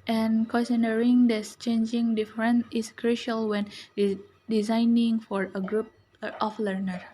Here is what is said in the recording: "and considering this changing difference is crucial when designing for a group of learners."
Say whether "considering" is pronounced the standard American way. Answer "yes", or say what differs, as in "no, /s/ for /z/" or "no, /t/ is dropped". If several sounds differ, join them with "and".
no, /n/ is dropped